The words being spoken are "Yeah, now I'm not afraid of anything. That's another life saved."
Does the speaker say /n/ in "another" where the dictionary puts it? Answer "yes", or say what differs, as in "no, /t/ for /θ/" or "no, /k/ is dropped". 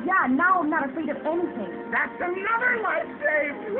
yes